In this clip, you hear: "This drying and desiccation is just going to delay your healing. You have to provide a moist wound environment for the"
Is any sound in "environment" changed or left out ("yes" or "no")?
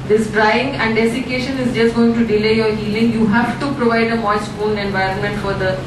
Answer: no